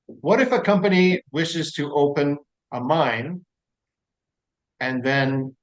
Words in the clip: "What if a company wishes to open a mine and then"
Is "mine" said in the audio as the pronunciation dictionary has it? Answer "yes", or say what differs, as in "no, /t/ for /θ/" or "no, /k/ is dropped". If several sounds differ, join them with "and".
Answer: yes